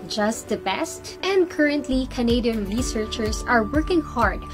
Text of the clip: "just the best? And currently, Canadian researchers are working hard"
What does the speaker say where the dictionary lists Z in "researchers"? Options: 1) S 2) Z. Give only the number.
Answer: 1